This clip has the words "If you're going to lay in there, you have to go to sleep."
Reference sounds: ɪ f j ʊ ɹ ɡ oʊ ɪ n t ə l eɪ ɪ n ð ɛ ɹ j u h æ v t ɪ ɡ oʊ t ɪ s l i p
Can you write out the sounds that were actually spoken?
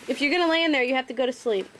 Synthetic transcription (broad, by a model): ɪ f j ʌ ɹ ɡ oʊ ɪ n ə l eɪ ɪ n ð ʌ ɹ j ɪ h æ f t ɪ ɡ oʊ t ɪ s l i p